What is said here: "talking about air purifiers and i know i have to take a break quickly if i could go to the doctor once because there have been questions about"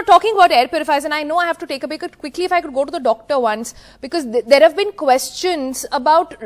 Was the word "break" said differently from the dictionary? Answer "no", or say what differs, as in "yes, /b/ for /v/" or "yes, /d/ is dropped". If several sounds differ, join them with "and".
yes, /ɹ/ is dropped